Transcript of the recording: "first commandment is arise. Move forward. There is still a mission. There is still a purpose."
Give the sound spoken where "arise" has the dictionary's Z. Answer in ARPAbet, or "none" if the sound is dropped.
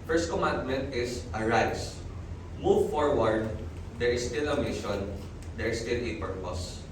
S